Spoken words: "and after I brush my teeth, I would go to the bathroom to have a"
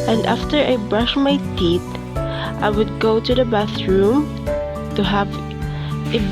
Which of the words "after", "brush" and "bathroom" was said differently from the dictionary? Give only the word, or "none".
none